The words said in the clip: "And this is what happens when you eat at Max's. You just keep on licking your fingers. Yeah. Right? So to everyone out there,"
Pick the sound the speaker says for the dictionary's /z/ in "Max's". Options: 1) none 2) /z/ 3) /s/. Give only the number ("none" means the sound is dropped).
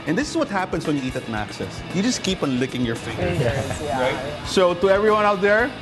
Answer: 3